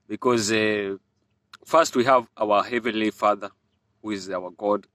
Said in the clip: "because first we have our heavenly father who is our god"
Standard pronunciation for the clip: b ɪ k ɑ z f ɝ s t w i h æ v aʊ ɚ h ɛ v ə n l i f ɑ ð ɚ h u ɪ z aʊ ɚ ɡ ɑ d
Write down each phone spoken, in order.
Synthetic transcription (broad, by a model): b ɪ k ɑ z f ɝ s t w i h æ v aʊ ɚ h ɛ v ə n l i f ɑ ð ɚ h u ɪ z aʊ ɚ ɡ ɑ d